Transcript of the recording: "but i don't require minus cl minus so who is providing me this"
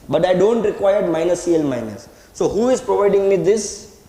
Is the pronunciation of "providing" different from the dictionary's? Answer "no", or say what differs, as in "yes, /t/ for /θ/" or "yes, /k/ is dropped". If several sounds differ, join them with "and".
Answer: no